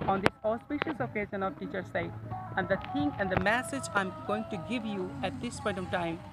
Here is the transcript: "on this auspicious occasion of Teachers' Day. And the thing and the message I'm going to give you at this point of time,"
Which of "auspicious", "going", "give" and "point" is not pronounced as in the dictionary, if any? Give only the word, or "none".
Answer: none